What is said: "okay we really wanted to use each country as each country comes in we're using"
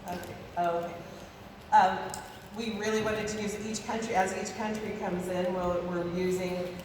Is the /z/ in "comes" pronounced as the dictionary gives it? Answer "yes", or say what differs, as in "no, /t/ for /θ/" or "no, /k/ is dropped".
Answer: yes